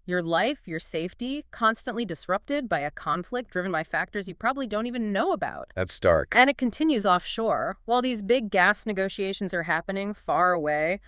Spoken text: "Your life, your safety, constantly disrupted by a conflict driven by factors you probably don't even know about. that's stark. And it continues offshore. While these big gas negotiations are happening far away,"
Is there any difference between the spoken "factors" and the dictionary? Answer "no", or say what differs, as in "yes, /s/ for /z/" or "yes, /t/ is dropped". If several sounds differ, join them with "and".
no